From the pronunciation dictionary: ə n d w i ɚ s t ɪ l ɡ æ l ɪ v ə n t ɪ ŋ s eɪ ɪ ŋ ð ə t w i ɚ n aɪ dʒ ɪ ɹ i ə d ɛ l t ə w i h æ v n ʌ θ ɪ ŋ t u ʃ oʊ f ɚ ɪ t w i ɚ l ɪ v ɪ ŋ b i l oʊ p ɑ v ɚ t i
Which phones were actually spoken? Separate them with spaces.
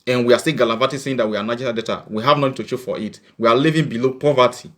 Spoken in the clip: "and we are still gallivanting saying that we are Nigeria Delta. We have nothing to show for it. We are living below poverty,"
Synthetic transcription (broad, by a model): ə n w i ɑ s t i ɡ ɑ l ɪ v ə t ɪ s eɪ ɪ ŋ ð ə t w i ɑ n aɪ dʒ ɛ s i d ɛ t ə w i h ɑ v n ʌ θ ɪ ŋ t u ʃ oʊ f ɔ ɪ t w i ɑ l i v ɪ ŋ b i l oʊ p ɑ v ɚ t i